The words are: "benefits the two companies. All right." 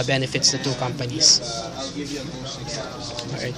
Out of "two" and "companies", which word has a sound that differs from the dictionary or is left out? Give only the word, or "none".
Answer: companies